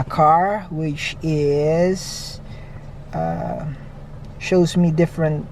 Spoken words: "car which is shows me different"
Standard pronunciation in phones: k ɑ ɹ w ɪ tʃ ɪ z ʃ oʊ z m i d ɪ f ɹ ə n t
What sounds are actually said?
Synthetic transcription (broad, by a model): k ɑ ɹ w ɪ tʃ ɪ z ʃ oʊ z m i d ɪ f ɹ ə n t